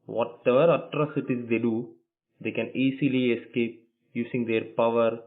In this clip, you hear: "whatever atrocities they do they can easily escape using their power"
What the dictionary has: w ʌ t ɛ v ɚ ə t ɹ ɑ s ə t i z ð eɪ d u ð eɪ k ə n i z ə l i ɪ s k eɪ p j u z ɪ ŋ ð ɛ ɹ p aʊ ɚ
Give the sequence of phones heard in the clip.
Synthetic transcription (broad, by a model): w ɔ t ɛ v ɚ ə t ɹ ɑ s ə t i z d eɪ d u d eɪ k ə n i s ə l i ɪ s k eɪ p j u s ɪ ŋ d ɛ ɹ p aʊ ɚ